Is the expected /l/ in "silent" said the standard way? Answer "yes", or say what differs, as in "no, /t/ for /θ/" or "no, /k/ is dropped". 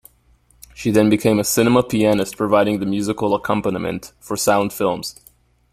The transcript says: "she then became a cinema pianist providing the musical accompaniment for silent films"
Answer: no, /l/ is dropped